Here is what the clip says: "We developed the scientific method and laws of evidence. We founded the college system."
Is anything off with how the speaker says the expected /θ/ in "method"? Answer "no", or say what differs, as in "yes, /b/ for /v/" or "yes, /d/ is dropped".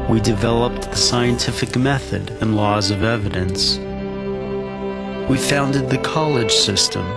no